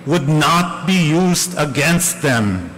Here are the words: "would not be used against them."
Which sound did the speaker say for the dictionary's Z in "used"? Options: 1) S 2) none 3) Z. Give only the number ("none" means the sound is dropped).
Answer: 3